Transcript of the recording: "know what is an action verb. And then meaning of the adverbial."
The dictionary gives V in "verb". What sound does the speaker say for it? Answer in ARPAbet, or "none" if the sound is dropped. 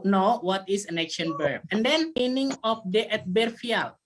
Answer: B